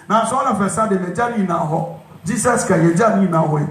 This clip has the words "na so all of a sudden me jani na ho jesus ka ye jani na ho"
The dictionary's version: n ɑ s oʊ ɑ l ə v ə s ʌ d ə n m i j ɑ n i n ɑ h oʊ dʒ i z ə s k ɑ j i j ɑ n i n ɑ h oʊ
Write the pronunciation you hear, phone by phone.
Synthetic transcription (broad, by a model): n ɑ s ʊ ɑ n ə f ə s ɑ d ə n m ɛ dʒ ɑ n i n ɑ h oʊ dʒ i s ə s k ɑ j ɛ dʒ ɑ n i n ɑ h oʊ